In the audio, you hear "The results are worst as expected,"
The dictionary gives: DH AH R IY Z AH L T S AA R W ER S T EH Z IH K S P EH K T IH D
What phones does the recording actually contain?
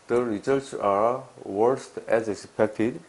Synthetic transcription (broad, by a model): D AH R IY S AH T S AA R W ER S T EH Z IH K S P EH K T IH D